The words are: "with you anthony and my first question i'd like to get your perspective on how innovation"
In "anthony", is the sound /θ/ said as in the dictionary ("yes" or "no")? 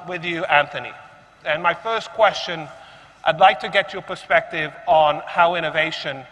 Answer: yes